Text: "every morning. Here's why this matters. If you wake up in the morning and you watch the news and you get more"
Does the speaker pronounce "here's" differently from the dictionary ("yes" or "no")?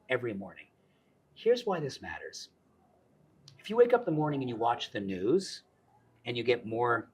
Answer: no